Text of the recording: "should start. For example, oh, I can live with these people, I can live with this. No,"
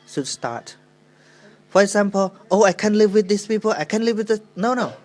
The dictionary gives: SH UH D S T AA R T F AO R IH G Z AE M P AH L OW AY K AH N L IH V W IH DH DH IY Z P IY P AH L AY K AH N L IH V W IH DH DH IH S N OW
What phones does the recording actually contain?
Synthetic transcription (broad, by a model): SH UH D S T AA R T F AO R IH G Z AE M P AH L OW AY K AH N L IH V W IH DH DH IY S P IY P AH L AY K AH N L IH V W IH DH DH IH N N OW